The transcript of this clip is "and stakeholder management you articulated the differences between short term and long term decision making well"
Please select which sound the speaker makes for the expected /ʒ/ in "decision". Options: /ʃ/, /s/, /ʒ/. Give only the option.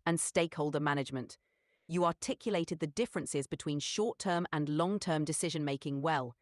/ʒ/